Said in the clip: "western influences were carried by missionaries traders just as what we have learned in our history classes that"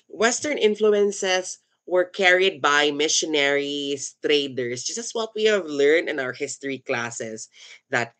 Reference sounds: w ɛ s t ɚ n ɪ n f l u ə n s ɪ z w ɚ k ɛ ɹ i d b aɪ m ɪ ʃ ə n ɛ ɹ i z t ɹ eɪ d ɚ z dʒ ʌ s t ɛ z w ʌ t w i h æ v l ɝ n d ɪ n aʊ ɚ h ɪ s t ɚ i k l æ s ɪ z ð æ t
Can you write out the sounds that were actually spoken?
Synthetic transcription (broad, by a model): w ɛ s t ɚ n ɪ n f l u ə n s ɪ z w ɚ k ɛ ɹ i d b aɪ m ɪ ʃ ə n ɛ ɹ i s t ɹ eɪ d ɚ s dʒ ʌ s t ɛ s w ʌ t w i h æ v l ɝ n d ɪ n aʊ ɚ h ɪ s t ɚ i k l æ s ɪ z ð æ t